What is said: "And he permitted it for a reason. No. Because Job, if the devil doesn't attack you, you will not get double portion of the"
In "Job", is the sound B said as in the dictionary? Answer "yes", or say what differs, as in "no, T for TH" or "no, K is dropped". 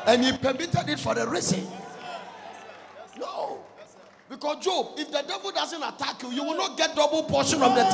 yes